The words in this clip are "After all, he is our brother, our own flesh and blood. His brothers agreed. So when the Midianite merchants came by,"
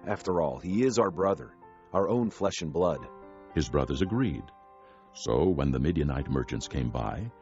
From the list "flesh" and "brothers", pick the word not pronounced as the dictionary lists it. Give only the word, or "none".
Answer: none